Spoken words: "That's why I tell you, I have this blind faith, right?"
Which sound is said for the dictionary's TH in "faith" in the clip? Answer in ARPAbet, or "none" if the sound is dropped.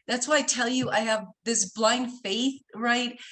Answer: TH